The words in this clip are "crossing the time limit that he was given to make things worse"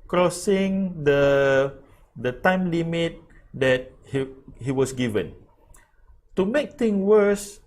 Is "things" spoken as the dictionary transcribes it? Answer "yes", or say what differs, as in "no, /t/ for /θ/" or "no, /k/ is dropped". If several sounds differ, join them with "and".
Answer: no, /t/ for /θ/ and /z/ is dropped